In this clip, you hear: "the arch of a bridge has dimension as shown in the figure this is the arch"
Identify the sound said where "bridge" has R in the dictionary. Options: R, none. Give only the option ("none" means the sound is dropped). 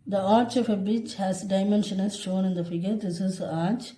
none